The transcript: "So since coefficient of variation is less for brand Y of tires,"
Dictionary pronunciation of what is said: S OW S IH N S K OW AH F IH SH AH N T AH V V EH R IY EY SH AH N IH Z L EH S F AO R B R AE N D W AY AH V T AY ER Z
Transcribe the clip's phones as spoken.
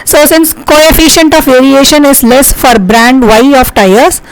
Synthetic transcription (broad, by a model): S OW S IH N S K OW AH F IH SH AH N T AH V V EH R IY EY SH AH N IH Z L EH S F AO R B R AE N D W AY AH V T AY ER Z